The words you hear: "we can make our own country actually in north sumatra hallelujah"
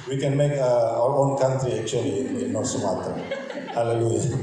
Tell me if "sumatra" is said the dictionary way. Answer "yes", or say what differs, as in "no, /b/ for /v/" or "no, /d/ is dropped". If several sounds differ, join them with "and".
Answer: no, /ɹ/ is dropped